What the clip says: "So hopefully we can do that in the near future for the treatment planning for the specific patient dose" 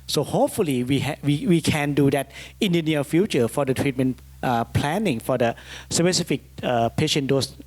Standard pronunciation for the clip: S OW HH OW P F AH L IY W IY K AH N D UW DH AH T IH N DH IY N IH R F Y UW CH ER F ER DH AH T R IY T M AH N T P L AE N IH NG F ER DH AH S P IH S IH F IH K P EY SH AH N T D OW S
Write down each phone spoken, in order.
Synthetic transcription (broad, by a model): S OW HH OW P F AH L IY W IY K AH N D UW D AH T IH N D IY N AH L F Y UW CH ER F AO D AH T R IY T M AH N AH P L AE N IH NG F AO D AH S P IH S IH F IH K P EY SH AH N D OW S